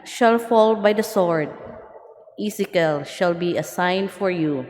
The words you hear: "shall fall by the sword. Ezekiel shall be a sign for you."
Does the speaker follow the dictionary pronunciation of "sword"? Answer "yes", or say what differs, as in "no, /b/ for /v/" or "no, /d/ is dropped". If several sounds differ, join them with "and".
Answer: yes